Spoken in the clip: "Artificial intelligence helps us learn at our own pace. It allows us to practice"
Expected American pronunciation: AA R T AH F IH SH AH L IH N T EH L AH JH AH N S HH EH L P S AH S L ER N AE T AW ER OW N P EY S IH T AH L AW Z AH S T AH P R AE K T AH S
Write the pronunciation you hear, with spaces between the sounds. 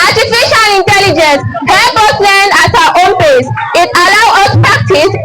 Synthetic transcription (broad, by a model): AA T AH F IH SH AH L IH N T EH L AH JH AH N S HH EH P AH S L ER N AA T AW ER OW N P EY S IH T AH L AW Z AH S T P R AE K T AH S